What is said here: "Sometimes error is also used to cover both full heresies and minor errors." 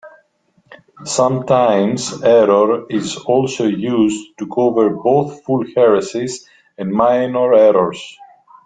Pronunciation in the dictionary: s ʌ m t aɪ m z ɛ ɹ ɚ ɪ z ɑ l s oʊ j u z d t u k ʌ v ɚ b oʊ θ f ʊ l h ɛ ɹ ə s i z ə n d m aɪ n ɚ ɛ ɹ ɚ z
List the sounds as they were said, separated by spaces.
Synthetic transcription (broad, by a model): s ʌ m t aɪ m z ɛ ɹ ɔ ɪ z ɑ l s oʊ j u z t u k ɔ v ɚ b oʊ θ f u l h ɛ ɹ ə s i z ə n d m aɪ n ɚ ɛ ɹ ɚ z